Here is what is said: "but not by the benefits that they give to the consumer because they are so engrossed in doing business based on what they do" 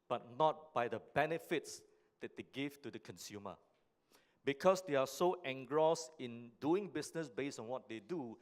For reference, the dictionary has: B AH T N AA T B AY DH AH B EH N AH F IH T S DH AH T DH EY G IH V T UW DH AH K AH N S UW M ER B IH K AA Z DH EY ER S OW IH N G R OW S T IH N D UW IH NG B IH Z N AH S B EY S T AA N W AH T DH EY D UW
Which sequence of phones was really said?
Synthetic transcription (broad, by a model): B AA T N AA T B AY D AH B EH N AH F IH T S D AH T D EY G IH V T UW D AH K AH N S UW M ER B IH K AA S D EY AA S OW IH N G R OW S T IH N D UW IH NG B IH S N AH S B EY S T AA N W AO T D EY D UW